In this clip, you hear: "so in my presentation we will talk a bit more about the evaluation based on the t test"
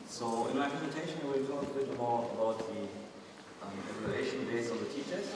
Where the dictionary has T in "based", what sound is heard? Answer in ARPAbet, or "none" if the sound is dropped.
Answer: none